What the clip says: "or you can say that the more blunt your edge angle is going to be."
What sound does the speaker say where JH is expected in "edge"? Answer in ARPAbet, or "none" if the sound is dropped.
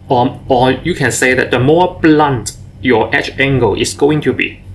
CH